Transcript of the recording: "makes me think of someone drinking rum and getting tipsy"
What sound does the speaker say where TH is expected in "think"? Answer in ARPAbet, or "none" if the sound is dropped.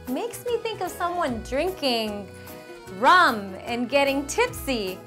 TH